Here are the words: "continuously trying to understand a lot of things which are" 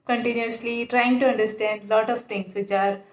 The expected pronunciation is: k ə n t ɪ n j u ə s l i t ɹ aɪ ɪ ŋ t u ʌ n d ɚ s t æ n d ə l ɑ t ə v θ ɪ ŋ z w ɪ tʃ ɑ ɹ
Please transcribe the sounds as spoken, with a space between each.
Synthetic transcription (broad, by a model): k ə n t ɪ n j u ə s l i t ɹ aɪ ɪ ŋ t u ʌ n d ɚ s t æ n d l ɑ t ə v t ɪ ŋ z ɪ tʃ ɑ ɹ